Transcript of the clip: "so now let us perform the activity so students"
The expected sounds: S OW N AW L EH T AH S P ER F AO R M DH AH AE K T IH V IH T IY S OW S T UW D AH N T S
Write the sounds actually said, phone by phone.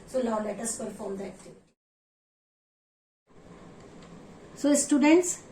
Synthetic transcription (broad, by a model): S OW L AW L EH T AH S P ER F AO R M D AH AE K T IH V IH T IY S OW S T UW D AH N T S